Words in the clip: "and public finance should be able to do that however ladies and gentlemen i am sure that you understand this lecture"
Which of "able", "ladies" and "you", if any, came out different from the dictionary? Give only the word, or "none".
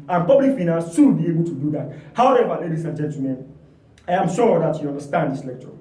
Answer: ladies